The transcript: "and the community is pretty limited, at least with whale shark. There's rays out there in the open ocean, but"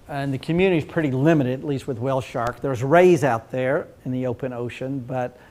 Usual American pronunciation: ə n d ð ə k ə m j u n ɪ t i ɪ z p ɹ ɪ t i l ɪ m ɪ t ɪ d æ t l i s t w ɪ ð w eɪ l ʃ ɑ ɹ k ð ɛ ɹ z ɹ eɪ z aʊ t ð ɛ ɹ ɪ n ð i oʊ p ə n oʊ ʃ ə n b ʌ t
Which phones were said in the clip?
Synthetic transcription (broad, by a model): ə n ð ə k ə m j u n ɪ t i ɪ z p ɹ ɪ t i l ɪ m ɪ t ɪ d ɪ t l i s t w ɪ ð w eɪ l ʃ ɑ ɹ k ð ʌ ɹ z ɹ eɪ z aʊ t ð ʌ ɹ ɪ n ð i oʊ p ə n oʊ ʃ ə n b ʌ t